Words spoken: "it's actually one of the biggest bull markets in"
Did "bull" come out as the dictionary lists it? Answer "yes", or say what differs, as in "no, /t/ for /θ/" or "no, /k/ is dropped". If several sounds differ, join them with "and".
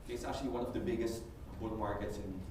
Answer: no, /n/ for /l/